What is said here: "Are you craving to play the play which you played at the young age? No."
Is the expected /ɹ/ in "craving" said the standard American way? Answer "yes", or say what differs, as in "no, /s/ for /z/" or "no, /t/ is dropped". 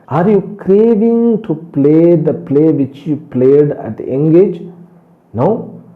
yes